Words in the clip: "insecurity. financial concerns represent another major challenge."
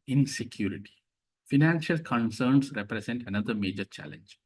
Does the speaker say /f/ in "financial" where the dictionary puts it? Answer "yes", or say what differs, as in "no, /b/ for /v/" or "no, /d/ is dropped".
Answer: yes